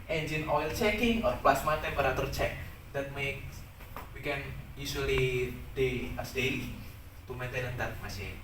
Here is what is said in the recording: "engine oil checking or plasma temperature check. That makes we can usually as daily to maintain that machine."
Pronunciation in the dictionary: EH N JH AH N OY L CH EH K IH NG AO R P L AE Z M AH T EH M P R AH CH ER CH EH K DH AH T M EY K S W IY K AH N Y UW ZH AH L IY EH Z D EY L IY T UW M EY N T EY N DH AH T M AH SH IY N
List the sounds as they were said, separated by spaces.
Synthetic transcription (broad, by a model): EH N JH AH N OY L CH EH K IH NG AO R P L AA S M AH T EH P R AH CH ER CH EH K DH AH T M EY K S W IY K AH N Y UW S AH L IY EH S D EY L IY T UW M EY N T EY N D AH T M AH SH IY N